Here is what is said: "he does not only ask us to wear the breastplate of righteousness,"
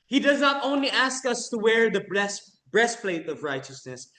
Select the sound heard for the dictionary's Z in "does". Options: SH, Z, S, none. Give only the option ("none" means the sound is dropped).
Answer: Z